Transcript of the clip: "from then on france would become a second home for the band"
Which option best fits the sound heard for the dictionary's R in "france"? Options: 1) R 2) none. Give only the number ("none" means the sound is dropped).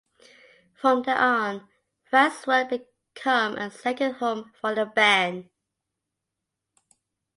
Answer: 2